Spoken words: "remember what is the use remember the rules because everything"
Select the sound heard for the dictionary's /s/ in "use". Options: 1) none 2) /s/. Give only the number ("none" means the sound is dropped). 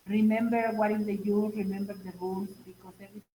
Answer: 1